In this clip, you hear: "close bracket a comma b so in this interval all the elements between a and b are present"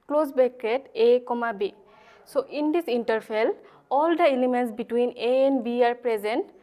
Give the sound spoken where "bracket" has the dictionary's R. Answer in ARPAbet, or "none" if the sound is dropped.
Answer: none